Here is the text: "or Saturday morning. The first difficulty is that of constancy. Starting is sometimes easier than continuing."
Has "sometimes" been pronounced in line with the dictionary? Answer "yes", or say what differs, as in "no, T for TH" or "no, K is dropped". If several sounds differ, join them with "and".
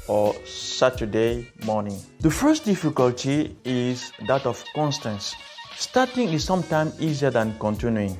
no, S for Z